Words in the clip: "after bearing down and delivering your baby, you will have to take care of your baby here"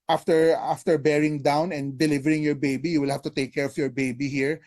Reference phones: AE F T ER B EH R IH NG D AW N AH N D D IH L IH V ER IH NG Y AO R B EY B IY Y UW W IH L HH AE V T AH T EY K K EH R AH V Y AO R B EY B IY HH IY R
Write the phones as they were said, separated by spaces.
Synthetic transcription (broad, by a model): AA F T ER B EH R IH NG D AW N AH N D D IH L IH V ER IH NG Y AO R B EY B IY Y UW W IH L HH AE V T AH T EY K K EH R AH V Y AO R B EY B IY HH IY R